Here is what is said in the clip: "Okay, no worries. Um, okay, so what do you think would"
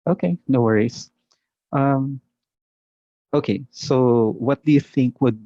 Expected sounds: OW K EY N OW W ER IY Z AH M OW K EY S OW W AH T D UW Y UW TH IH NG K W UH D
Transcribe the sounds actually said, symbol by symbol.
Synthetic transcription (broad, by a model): OW K EY N OW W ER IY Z AH M OW K EY S OW W AH T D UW Y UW TH IH NG K W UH D